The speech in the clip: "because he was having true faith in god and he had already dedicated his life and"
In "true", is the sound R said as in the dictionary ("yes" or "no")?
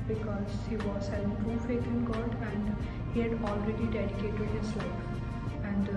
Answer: no